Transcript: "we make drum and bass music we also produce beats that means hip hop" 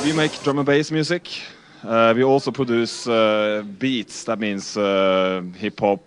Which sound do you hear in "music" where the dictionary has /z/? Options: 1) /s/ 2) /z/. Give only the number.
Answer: 1